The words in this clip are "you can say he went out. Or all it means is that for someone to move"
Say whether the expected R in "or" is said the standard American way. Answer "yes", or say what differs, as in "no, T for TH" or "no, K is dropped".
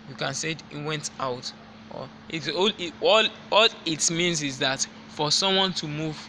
no, L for R